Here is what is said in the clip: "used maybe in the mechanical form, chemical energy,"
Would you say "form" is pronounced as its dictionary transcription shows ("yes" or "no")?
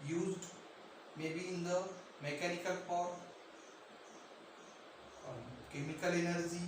no